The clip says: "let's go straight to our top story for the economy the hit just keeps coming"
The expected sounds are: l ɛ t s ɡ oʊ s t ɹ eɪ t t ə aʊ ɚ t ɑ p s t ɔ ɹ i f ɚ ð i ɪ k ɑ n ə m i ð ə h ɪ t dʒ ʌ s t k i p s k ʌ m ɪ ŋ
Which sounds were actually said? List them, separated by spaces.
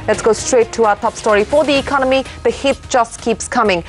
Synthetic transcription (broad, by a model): l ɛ t s ɡ oʊ s t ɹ eɪ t t ə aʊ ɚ t ɑ p s t ɔ ɹ i f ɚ ð i ɪ k ɑ n ə m i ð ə h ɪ t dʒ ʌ s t k i p s k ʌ m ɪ ŋ